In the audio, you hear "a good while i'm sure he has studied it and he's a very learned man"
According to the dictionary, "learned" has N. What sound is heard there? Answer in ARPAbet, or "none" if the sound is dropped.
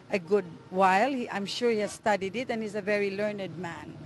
N